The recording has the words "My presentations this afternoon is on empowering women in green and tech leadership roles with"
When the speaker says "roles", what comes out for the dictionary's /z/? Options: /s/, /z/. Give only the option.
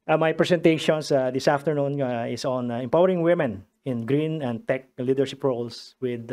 /s/